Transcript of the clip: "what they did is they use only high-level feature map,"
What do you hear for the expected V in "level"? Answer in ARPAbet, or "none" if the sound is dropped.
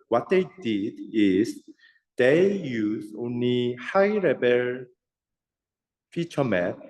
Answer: B